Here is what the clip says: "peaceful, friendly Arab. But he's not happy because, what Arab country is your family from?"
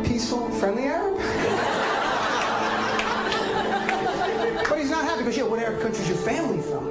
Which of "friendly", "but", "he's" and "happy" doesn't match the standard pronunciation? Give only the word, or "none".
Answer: none